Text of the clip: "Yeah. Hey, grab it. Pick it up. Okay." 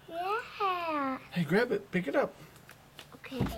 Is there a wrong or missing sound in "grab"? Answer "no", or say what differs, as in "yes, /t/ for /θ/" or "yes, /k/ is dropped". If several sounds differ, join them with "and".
no